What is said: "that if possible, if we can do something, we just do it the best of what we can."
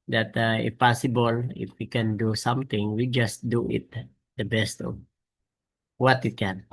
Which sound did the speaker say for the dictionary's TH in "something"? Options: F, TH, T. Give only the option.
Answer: T